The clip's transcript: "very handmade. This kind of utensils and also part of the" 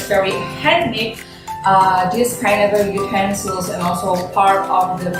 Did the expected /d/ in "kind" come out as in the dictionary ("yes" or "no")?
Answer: no